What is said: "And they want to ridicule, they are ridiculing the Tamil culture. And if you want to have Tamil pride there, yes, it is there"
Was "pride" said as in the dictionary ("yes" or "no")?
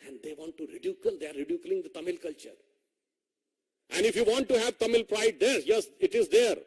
yes